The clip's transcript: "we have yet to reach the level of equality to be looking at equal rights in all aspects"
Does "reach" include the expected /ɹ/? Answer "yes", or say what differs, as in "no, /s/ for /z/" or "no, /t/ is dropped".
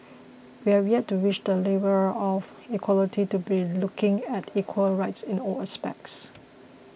no, /w/ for /ɹ/